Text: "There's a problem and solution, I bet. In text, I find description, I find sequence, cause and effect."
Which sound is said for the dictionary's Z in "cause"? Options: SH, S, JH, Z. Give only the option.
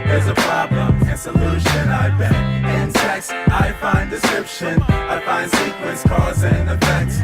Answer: Z